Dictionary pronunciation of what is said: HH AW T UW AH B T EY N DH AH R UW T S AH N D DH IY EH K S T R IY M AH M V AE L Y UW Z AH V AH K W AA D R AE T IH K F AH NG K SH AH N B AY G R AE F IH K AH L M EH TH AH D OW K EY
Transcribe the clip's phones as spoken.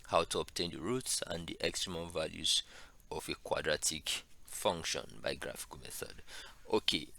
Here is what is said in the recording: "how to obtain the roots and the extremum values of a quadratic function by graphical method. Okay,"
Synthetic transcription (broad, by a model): HH AW T UW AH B T EY N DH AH R UW T S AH N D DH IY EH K S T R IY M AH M V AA L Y UW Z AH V AH K W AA D R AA T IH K F AH NG K SH AH N B AY G R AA F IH K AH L M EH TH AH D OW K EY